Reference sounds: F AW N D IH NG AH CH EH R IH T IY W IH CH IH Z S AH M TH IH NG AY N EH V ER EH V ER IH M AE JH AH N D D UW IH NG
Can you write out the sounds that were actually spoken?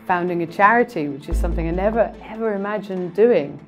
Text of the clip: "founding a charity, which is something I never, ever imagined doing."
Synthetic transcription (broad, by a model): F AW N D IH NG AH CH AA R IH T IY W IH CH IH Z S AH M TH IH NG AY N EH V ER EH V ER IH M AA JH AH N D D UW IH NG